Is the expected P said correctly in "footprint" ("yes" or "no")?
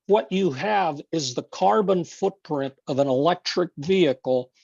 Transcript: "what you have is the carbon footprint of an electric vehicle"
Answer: yes